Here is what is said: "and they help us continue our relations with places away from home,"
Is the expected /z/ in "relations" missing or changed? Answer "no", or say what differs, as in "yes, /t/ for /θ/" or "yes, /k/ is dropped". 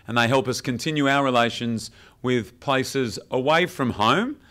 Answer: no